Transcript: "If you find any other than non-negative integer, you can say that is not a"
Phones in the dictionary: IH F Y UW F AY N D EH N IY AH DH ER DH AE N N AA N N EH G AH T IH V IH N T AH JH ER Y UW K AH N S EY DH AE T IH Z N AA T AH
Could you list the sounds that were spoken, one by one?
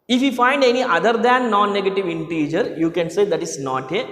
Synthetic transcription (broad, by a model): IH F Y UW F AY N D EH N IY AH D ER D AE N N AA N N EH G AH T IH V IH N T AH JH ER Y UW K AH N S EY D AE T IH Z N AA T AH